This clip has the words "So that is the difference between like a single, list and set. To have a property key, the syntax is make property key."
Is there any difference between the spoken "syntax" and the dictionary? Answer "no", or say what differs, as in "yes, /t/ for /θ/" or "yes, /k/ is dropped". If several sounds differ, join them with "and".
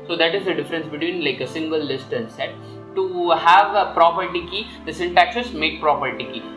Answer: no